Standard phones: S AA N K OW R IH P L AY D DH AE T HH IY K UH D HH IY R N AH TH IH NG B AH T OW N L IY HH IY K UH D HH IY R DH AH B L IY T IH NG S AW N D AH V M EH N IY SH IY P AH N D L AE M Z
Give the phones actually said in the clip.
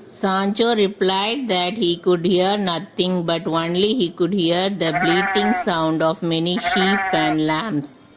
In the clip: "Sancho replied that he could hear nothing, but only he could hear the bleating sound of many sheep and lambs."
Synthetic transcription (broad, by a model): S AA N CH OW R IH P L AY D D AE T HH IY K UH D HH IY R N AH T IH NG B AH T OW N L IY HH IY K UH D HH IY R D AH B L IY T IH NG S AW N D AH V M EH N IY SH IY P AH N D L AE M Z